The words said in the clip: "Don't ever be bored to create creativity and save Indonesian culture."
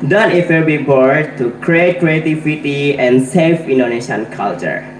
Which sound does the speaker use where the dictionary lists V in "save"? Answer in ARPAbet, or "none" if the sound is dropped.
F